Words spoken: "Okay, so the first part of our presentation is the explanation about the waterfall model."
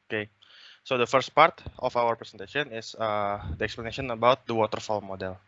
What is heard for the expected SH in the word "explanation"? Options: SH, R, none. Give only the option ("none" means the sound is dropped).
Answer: none